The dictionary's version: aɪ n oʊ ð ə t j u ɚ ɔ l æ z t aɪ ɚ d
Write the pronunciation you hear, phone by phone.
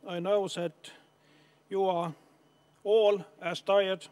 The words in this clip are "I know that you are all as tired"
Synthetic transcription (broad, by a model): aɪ n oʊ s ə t j u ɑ ɔ l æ s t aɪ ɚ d